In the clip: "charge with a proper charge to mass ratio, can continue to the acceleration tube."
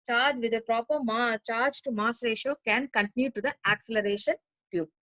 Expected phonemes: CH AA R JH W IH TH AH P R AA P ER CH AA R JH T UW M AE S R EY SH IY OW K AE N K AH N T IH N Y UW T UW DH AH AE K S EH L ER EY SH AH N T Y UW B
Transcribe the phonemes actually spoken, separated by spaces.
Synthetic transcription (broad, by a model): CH AA R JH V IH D AH P R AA P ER CH AA R JH T UW M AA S R EY SH IY OW K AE N K AH N T IH N Y UW T UW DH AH AE K S EH L ER EY SH AH N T Y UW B